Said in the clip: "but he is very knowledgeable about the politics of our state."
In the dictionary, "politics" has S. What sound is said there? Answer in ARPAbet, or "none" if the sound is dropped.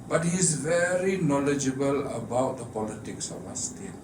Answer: S